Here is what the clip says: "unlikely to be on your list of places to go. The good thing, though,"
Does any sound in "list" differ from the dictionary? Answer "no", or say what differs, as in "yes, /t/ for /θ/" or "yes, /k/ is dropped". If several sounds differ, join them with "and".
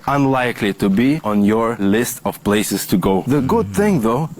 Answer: no